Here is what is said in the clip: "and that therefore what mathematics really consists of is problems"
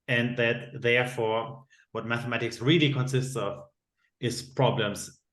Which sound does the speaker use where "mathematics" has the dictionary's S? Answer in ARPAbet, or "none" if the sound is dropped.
S